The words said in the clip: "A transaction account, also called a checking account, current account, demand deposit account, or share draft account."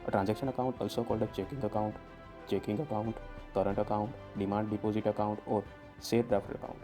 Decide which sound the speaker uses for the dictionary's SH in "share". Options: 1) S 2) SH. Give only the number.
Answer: 1